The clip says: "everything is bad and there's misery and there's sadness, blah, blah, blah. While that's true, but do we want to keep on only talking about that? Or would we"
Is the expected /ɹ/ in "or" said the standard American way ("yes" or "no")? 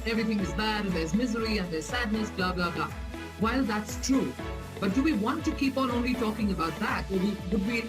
no